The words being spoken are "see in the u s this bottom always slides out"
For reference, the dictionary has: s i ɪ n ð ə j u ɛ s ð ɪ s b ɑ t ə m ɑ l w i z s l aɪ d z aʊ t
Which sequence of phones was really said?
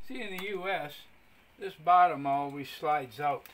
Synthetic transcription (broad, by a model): s i ɪ n ð ə j u ɛ s ð ɪ s b ɑ t ə m ɑ l w i z s l aɪ d z aʊ t